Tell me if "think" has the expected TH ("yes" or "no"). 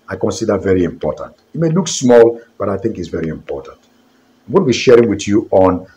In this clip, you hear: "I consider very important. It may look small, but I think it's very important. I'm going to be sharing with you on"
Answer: yes